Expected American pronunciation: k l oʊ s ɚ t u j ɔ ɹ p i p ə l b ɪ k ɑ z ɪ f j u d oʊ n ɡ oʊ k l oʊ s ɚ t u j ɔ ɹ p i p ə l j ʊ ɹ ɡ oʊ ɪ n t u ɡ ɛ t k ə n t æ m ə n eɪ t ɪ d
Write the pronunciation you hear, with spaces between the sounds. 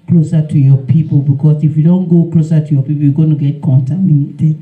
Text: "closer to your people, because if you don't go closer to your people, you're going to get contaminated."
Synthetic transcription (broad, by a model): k l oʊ s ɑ t u j ɔ p i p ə b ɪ k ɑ s ɪ f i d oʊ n ɡ oʊ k l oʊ s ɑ t u j ɔ p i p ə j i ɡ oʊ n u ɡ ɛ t k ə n t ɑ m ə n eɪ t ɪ